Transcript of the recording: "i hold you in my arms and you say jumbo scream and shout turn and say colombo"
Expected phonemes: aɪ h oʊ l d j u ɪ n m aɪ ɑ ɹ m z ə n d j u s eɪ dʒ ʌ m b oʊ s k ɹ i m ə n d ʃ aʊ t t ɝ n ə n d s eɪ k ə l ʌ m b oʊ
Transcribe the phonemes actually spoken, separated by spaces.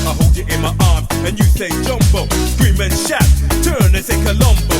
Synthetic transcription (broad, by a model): aɪ h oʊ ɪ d ɪ n m aɪ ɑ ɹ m ə n j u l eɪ dʒ ʌ m b oʊ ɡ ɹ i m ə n ʃ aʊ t t ɝ n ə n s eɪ k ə l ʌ m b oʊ